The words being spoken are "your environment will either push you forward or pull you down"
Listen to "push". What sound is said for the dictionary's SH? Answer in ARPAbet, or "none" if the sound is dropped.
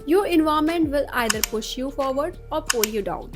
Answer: SH